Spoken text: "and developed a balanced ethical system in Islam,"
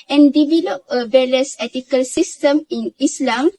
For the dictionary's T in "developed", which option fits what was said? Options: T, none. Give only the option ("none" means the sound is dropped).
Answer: none